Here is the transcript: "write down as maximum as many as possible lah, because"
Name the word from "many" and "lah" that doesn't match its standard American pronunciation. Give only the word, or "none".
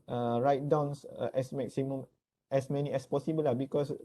none